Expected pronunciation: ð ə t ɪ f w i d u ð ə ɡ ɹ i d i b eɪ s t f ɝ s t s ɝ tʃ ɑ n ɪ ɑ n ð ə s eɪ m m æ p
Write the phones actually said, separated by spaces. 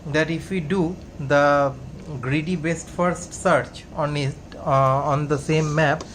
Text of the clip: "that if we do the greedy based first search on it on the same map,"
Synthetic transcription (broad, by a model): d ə t ɪ f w i d u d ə ɡ ɹ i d i b eɪ s t f ɝ s t s ɝ tʃ ɑ n ɪ ɑ n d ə s eɪ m m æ p